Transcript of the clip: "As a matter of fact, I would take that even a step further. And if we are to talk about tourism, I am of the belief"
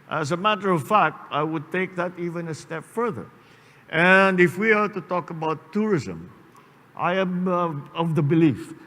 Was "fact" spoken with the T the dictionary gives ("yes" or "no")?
yes